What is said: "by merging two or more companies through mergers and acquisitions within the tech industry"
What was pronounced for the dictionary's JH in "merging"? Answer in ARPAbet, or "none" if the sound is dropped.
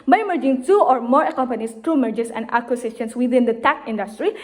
JH